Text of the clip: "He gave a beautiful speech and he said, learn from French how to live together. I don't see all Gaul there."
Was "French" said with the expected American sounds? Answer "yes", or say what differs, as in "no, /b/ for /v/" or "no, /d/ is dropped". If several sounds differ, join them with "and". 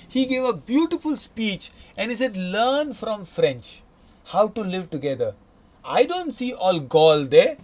yes